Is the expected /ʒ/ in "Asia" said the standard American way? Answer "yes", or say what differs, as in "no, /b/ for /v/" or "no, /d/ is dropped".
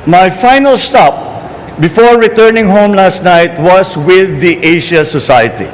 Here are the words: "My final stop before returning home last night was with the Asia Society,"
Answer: no, /ʃ/ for /ʒ/